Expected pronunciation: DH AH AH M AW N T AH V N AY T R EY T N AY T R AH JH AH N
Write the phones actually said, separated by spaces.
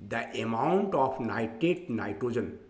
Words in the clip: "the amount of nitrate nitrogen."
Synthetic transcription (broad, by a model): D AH AH M AW N T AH P N AY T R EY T N AY T R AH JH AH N